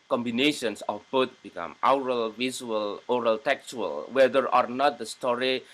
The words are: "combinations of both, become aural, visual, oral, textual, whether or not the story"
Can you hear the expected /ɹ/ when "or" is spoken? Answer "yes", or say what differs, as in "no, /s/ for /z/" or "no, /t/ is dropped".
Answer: yes